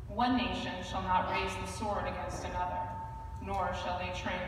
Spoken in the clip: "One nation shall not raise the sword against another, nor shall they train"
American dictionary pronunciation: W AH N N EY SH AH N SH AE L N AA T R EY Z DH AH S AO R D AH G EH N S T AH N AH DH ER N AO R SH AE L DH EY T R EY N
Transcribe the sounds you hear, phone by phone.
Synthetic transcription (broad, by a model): W AH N N EY SH AH N SH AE L N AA T R EY Z DH AH S AO R D AH G EH N S T AH N AH DH ER N AO R SH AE L DH EY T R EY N